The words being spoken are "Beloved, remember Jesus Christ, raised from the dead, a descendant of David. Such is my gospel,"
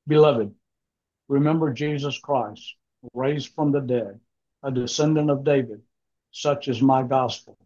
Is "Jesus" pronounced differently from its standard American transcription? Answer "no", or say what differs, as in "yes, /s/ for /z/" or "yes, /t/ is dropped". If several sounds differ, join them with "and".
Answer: no